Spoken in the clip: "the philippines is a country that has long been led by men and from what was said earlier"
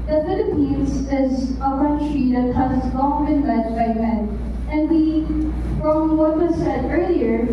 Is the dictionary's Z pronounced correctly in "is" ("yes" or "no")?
yes